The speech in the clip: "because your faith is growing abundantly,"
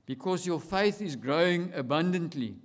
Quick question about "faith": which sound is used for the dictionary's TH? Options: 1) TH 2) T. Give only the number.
1